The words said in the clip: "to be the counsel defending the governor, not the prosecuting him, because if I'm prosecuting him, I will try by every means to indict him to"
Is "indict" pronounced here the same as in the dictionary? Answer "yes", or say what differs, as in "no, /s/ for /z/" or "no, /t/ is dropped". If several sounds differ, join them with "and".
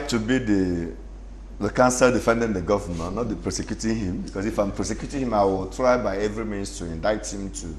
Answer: yes